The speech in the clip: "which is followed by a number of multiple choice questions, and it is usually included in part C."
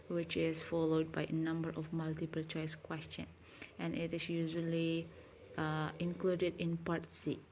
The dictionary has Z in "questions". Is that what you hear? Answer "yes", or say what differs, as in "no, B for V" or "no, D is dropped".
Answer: no, Z is dropped